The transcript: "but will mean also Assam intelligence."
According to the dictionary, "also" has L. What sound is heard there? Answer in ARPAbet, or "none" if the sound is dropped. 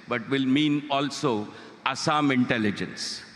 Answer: L